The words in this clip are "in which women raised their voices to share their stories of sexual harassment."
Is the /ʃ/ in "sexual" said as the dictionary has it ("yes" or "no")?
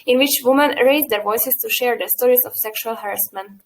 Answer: yes